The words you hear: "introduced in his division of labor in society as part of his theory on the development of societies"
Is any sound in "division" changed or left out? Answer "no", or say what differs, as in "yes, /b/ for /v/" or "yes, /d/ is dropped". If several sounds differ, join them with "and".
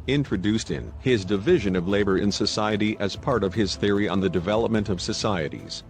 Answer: no